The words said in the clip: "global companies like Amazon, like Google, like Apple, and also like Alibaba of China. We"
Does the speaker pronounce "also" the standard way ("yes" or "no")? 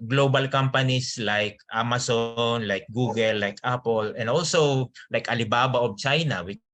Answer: yes